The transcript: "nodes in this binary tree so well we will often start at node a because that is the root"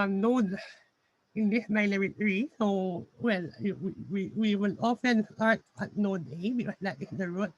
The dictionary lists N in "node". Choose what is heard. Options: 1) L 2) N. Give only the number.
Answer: 2